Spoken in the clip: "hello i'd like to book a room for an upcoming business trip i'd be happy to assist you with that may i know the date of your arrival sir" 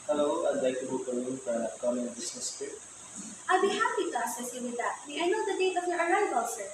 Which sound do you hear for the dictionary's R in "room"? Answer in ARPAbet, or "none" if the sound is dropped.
L